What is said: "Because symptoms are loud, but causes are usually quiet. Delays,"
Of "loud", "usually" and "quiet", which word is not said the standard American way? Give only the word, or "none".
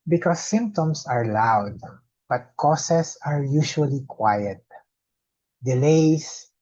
usually